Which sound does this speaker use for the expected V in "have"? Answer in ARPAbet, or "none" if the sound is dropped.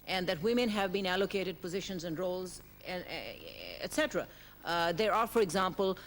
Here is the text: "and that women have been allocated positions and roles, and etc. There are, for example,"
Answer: V